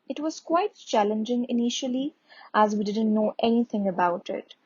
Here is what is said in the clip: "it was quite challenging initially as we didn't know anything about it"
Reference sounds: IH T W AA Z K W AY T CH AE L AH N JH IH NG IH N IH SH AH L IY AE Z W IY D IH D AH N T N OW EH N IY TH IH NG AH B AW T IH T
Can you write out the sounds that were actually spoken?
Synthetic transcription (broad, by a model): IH T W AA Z K W AY T CH AE L AH N JH IH NG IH N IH SH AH L IY AE Z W IY D IH D AH N T N OW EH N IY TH IH NG AH B AW T IH T